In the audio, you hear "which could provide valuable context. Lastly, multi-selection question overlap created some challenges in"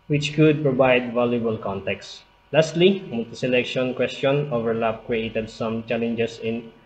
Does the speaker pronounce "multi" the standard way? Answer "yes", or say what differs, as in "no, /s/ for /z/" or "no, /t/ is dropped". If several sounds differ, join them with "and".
no, /l/ is dropped